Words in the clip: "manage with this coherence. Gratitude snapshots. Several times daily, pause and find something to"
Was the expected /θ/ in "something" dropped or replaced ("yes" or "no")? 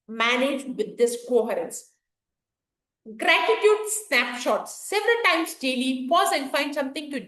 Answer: yes